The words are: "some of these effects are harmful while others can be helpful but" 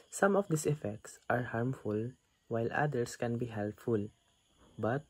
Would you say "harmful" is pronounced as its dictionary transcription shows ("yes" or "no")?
yes